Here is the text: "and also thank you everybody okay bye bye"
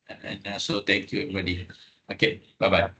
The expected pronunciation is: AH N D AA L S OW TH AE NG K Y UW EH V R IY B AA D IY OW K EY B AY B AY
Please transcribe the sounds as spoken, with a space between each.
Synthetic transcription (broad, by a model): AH N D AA S OW T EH NG K Y UW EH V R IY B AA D IY OW K EY B AY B AY